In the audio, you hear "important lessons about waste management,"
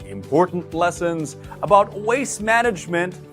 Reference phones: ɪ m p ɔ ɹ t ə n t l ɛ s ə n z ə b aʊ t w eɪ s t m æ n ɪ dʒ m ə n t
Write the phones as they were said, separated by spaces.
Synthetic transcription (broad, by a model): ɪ m p ɔ ɹ t n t l ɛ s ə n z ə b aʊ t w eɪ s m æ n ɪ dʒ m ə n t